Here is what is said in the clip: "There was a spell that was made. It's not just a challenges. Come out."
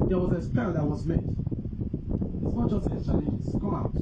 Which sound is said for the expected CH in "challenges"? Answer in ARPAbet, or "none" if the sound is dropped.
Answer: S